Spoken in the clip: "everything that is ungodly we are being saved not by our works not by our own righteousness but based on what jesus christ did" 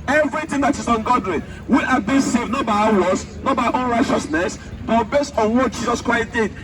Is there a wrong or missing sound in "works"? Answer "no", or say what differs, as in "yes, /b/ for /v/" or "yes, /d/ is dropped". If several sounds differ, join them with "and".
yes, /k/ is dropped